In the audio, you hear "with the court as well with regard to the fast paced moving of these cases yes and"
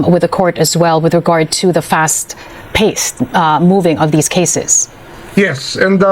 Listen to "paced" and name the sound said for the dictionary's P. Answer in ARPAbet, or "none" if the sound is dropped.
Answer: P